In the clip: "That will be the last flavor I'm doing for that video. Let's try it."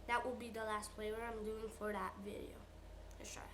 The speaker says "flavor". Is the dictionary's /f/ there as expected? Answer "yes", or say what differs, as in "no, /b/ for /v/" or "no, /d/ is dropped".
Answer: no, /p/ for /f/